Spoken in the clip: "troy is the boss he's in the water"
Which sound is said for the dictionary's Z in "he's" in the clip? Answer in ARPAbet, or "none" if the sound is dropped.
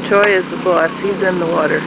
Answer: Z